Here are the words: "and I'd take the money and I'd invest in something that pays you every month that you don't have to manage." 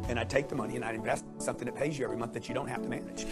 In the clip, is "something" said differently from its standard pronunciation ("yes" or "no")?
no